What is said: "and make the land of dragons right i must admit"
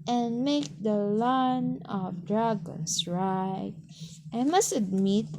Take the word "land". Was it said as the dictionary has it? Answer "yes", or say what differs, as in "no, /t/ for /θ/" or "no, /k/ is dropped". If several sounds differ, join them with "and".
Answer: no, /d/ is dropped